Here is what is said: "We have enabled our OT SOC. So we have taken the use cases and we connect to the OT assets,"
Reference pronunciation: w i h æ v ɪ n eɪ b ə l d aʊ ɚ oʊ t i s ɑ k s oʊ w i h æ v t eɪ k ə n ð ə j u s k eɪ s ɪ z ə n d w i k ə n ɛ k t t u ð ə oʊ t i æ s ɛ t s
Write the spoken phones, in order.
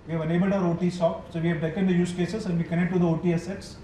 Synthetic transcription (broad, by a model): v i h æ v ɪ n eɪ b ə l d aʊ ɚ oʊ t i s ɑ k s oʊ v i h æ v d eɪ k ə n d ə j u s k eɪ s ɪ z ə n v i k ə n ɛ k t t u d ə oʊ t i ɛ s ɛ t s